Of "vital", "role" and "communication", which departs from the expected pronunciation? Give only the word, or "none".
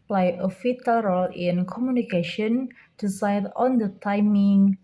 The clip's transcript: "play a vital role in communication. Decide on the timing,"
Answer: vital